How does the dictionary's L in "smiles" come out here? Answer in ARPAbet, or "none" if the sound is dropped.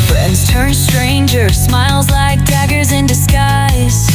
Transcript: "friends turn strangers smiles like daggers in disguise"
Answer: L